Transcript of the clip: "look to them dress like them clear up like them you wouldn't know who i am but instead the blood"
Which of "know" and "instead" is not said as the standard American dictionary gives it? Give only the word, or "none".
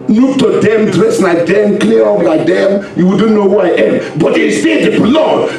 instead